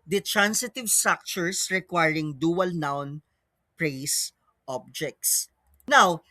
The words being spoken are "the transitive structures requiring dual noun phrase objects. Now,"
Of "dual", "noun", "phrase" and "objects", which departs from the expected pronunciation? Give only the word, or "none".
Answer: phrase